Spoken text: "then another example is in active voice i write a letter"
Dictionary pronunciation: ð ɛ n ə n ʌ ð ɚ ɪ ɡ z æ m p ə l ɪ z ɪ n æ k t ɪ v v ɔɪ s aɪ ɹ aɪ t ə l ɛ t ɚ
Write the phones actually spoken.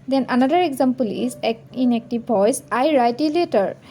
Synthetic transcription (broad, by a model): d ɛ n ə n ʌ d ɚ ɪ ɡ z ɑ m p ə l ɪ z ɪ n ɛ k t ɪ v p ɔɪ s aɪ ɹ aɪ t ə l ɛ t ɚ